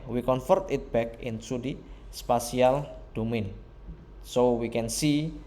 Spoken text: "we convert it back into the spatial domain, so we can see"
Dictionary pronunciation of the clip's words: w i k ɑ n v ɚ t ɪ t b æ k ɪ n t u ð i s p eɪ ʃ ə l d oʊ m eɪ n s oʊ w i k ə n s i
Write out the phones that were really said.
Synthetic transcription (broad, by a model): w i k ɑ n f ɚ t ɪ t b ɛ k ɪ n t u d i s p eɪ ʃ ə l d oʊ m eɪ n s oʊ w i k ə n s i